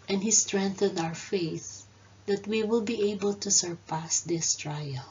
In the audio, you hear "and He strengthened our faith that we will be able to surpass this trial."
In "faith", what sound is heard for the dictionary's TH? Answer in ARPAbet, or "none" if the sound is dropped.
TH